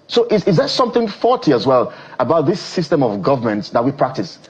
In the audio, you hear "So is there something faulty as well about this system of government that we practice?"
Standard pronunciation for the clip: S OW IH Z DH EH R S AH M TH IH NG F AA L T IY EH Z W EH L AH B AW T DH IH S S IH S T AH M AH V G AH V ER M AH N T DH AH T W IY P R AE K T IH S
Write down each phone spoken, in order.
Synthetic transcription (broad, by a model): S OW IH Z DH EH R S AH M TH IH NG F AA T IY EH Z W EH L AH B AW T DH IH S S IH S T AH M AH V G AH V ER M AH N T DH AH T W IY P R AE K T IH S